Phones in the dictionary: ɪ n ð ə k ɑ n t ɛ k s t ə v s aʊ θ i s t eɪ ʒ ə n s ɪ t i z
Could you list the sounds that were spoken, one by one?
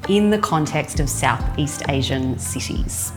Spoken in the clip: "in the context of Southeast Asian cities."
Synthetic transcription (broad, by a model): ɪ n ð ə k ɑ n t ɛ k s t ə v s aʊ θ i s t eɪ ʒ ə n s ɪ t i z